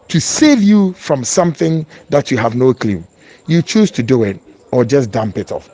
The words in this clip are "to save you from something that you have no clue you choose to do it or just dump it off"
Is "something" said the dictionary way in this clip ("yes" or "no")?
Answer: yes